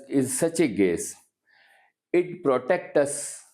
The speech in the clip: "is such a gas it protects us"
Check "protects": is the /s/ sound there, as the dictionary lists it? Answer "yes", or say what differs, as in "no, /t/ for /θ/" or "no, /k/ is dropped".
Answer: no, /s/ is dropped